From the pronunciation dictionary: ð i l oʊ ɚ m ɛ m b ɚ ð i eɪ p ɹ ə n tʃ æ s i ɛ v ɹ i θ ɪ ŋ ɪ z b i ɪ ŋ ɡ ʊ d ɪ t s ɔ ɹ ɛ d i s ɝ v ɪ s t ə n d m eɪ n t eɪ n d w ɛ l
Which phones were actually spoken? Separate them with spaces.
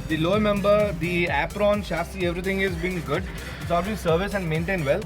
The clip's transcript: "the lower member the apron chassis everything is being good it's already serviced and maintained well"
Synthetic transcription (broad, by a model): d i l oʊ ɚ m ɛ m b ɚ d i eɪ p ɹ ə n ʃ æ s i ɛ v ɹ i t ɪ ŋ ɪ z b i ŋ ɡ ʊ d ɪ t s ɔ l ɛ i s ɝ v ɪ s ə n d m eɪ n t eɪ n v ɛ l